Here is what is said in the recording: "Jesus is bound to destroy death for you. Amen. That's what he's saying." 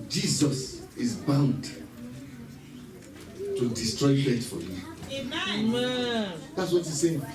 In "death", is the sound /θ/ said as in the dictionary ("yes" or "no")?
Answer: no